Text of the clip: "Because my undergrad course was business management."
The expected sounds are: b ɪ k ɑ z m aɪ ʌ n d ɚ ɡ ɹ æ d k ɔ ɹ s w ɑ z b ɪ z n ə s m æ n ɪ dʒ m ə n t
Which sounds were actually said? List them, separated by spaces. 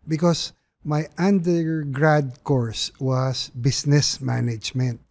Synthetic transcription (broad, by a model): b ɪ k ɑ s m aɪ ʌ n d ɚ ɡ ɹ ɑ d k ɔ ɹ s w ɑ s b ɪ s n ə s m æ n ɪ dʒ m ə n t